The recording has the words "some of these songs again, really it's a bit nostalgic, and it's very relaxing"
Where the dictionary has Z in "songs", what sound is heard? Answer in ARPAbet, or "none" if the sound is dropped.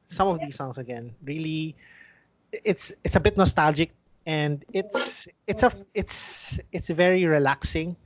S